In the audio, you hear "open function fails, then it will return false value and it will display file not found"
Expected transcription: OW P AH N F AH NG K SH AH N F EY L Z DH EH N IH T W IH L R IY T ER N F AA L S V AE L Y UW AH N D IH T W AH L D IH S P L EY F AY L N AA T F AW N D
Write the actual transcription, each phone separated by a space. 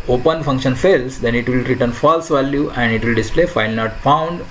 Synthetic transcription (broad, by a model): OW P AH N F AH NG K SH AH N F EY L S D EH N IH T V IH L R IY T ER N F AA L S V AE L Y UW AH N D IH T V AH L D IH S P L EY F AY L N AA T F AW N D